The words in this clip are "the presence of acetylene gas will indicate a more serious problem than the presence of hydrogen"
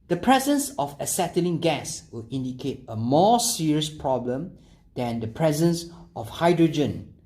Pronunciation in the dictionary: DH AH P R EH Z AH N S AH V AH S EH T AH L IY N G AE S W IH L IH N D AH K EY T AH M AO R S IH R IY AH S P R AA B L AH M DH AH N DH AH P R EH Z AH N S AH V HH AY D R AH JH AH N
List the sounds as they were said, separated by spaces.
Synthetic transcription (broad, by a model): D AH P R EH Z AH N S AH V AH S EH T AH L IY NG G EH S W IH L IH N D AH K EY T AH M AO S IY R IY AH S P R AA B L AH M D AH N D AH P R EH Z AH N S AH F HH AY D R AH JH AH N